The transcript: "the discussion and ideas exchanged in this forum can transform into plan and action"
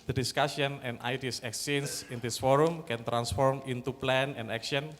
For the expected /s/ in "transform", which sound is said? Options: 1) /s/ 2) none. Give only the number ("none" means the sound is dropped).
1